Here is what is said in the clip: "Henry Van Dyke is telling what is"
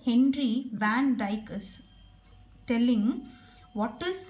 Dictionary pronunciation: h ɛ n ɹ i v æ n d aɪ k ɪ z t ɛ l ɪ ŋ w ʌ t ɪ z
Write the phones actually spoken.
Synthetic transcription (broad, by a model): h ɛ n ɹ i v æ n d aɪ k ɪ s t ɛ l ɪ ŋ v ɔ t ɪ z